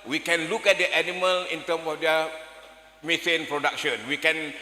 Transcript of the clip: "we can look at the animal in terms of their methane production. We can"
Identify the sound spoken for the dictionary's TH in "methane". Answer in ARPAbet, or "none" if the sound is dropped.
S